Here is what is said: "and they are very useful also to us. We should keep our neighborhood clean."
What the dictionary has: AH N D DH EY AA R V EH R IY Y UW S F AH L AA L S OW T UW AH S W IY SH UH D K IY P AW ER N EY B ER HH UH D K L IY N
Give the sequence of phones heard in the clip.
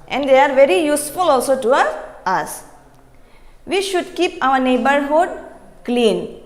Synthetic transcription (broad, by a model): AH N D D EY AA R V EH R IY Y UW S F AH L AA L S OW T UW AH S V IY SH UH D K IY P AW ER N EY B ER HH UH D K L IY N